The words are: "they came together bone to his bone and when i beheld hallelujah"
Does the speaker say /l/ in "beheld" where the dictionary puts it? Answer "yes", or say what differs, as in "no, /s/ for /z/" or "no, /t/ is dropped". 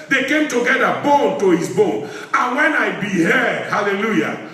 no, /l/ is dropped